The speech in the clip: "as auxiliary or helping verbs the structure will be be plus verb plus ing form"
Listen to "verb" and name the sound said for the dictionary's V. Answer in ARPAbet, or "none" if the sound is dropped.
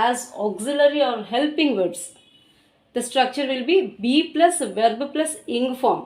V